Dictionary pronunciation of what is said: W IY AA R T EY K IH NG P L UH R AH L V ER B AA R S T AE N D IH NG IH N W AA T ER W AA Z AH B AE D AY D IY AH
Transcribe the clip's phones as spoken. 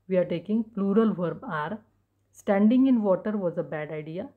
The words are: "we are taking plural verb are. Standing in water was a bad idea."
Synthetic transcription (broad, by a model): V IY AA R T EY K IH NG P L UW R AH L V ER B AA R S T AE N D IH NG IH N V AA T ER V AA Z AH B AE D AY D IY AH